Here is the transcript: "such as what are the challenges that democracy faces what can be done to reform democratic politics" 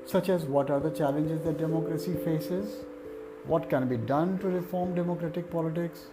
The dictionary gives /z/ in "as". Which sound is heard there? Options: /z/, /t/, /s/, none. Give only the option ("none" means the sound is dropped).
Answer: /z/